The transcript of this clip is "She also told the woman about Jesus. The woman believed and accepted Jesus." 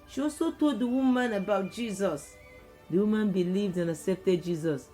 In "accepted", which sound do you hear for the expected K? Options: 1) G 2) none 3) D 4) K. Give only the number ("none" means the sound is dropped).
2